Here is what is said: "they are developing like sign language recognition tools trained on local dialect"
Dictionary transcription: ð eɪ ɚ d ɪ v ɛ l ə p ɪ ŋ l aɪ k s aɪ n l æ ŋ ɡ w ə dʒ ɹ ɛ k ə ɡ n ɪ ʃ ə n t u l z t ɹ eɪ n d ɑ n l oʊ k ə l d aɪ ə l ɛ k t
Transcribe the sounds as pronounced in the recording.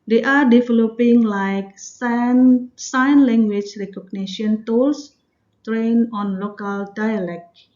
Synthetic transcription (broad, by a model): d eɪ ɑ d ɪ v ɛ l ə p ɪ ŋ l aɪ k s aɪ n l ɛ ŋ ɡ w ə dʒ ɹ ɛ k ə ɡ n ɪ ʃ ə n t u l s t ɹ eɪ n ɑ n l oʊ k ə l d aɪ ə l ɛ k